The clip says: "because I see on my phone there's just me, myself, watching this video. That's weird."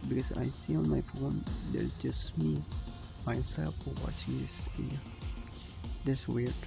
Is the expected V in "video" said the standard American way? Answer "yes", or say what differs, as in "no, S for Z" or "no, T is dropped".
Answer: no, P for V